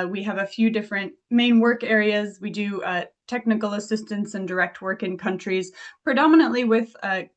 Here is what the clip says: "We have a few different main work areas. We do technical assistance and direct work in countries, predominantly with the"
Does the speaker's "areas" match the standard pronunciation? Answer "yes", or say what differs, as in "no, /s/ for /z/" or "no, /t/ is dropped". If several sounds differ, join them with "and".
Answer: yes